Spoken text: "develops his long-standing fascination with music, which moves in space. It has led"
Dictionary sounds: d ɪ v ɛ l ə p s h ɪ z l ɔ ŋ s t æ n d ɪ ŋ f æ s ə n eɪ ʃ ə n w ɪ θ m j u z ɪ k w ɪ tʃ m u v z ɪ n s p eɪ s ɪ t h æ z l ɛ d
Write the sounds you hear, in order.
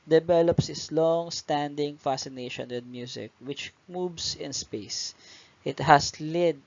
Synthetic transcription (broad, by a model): d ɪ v ɛ l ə p s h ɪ s l ɔ ŋ s t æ n d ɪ ŋ f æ s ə n eɪ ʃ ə n w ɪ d m j u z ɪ k w ɪ tʃ m u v s ɪ n s p eɪ s ɪ t h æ s l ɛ d